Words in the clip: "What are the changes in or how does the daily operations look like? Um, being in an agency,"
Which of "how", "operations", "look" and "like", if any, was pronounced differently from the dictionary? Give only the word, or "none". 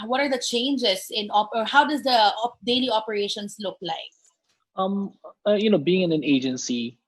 operations